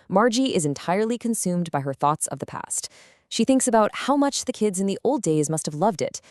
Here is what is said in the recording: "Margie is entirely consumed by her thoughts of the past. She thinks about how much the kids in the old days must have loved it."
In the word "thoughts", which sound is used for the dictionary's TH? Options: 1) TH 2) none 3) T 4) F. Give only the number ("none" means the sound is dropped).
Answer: 1